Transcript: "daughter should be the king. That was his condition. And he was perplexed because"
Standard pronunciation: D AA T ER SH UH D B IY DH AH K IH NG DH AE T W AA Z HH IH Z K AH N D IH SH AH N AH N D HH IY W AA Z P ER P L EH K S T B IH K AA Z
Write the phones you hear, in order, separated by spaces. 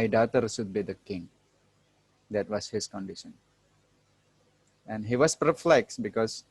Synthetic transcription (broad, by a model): D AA T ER S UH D B IY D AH K IH NG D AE T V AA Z HH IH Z K AH N D IH SH AH N AH N D HH IY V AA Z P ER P L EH K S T B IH K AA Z